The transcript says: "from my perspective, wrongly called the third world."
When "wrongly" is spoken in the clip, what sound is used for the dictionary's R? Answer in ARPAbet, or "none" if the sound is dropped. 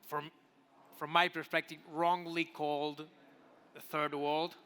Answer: R